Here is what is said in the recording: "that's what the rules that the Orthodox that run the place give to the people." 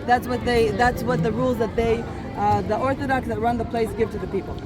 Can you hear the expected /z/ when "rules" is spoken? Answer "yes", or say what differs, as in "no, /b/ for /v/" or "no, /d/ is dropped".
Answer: yes